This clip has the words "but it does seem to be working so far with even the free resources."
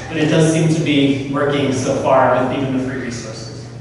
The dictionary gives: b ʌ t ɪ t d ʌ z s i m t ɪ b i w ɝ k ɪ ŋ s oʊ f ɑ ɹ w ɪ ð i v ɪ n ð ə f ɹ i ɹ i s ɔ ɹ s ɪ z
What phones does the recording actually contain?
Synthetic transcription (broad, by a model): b ʌ t ɪ t d ʌ z s i m t ɪ b i w ɝ k ɪ ŋ s oʊ f ɑ ɹ w ɪ ð i v ɪ n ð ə f ɹ i ɹ i s ɔ ɹ s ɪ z